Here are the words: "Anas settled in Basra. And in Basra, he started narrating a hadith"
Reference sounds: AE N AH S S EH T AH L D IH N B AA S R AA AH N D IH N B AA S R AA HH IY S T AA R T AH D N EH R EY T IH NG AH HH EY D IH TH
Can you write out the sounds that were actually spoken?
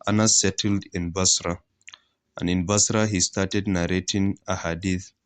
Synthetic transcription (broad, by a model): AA N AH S S EH T AH L D IH N B AA S R AA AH N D IH N B AA S R AA HH IY S T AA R T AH D N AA R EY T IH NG AH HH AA D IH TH